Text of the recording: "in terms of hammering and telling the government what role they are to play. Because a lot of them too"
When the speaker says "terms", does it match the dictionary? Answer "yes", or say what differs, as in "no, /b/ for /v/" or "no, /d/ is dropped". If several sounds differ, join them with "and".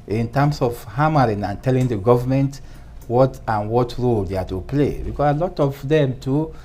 no, /s/ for /z/